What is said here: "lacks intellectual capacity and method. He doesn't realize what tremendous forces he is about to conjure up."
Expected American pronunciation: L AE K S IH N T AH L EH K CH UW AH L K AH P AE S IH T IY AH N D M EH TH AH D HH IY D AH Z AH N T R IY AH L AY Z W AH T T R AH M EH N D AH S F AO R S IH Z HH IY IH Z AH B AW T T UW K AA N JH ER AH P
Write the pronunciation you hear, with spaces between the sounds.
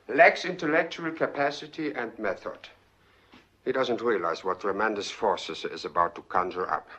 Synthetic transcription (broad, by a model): L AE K S IH N T AH L EH K CH UW AH L K AH P AE S IH T IY AH N D M EH TH AH D HH IY D AH Z AH N T R IY AH L AY Z W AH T T R AH M EH N D AH S F AO R S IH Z IH Z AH B AW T T UW K AA N JH ER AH P